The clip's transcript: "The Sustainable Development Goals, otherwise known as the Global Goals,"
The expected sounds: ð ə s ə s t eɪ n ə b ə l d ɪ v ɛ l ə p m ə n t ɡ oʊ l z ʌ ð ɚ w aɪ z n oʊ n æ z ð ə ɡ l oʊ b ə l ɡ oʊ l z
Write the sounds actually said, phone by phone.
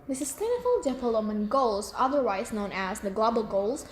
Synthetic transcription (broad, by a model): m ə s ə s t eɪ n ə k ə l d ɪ p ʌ l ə m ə n ɡ oʊ l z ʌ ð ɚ w aɪ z n oʊ n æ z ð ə ɡ l oʊ b ə l ɡ oʊ l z